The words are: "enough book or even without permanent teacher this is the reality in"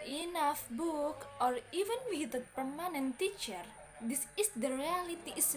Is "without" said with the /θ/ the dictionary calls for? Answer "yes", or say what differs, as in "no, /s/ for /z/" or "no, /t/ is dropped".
no, /s/ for /θ/